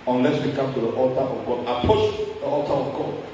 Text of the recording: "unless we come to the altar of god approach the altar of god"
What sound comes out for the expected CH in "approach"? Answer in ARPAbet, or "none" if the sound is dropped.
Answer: SH